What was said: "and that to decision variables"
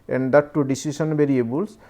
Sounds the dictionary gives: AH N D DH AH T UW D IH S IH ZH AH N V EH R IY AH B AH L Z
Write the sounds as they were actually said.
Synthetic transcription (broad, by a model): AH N D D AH T UW D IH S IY S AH N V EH R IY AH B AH L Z